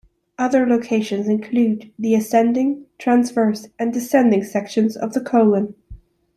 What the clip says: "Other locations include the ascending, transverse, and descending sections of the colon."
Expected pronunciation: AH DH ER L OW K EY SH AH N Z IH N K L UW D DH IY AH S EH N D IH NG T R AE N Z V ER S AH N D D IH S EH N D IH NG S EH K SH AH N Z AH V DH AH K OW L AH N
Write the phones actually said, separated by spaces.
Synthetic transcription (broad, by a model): AH DH ER L OW K EY SH AH N Z IH N K L UW D DH IY AH S EH N D IH NG T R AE N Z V ER S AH N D D IH S EH N D IH NG S EH K SH AH N Z AH V DH AH K OW L AH N